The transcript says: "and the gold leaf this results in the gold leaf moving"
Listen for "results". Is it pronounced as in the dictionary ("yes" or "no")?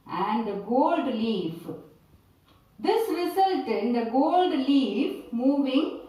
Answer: no